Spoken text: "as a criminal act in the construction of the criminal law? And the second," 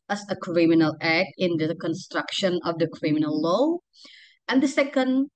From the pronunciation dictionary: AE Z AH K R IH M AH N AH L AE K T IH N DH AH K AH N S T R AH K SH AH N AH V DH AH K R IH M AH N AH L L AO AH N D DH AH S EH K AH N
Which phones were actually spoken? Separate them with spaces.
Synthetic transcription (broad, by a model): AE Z AH K R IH M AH N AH L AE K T IH N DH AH K AH N S T R AH K SH AH N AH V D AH K R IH M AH N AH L L AO AH N D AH S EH K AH N